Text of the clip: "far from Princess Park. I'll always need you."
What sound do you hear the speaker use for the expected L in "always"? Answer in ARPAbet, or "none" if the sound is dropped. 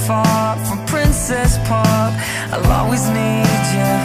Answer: none